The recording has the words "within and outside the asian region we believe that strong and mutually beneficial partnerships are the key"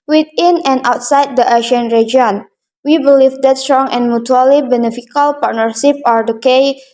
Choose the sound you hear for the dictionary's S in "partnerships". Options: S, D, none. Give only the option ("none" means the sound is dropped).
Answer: none